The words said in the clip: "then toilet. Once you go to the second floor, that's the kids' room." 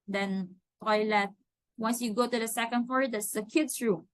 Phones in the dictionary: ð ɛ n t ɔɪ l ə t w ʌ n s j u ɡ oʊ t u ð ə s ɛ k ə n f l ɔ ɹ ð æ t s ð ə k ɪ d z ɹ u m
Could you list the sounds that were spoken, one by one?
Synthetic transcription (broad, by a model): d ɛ n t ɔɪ l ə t w ʌ n s j u ɡ oʊ t u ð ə s ɛ k ə n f ɔ ɹ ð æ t s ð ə k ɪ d s ɹ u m